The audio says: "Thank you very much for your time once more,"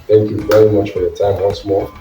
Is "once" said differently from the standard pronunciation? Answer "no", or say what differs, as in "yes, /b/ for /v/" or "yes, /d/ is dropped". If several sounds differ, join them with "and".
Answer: yes, /l/ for /n/